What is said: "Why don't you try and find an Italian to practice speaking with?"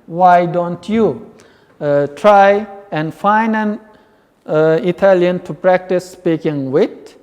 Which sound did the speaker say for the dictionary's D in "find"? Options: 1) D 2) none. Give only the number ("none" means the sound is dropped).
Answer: 2